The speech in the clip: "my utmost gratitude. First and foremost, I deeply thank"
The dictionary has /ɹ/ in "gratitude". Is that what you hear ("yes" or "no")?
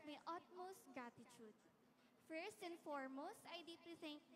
no